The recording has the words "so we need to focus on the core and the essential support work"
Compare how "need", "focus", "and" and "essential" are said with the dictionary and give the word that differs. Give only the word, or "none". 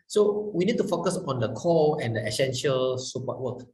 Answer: none